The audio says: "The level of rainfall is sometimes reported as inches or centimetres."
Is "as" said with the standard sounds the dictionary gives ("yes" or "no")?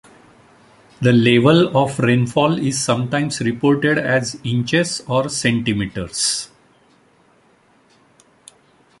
yes